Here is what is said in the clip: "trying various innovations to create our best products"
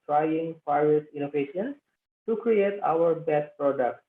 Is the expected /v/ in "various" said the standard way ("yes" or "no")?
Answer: no